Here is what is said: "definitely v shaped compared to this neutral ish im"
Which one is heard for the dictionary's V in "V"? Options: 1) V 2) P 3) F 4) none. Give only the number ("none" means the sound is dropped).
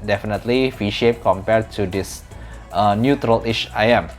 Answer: 3